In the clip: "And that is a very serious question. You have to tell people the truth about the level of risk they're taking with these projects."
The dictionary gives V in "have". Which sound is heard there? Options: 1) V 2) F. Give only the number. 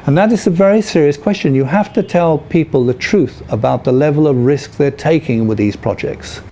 2